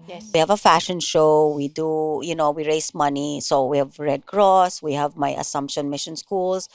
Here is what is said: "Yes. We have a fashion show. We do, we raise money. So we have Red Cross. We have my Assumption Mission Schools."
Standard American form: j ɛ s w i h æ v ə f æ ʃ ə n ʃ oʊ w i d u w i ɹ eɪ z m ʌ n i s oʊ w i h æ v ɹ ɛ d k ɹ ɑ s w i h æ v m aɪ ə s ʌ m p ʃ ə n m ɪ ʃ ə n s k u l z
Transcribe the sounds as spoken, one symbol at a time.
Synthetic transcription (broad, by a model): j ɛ w i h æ v ə f æ ʃ ə n ʃ oʊ w i d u w i ɹ eɪ s m ʌ n i s oʊ w i h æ v ɹ ɛ d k ɹ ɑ s w i h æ v m aɪ ə s ʌ m p ʃ ə n m ɪ ʃ ə n s k u l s